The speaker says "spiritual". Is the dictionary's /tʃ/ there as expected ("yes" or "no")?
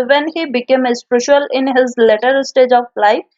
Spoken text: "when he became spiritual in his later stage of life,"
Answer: no